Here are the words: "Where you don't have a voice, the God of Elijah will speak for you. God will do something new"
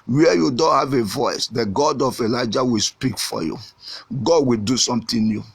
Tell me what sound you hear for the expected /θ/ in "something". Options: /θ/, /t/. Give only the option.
/t/